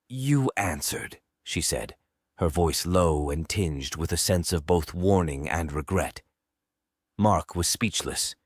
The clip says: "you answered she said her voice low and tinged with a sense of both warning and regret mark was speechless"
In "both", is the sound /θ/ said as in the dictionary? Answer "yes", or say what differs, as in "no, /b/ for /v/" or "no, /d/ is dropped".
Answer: yes